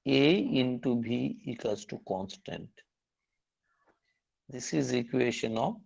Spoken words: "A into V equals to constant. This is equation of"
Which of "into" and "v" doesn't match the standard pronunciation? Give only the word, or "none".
v